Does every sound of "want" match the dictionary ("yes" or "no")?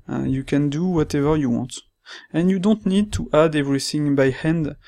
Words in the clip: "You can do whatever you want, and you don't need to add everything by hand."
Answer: yes